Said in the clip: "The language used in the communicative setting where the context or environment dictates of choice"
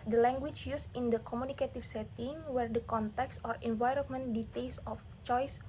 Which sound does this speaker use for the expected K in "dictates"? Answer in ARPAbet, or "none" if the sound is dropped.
none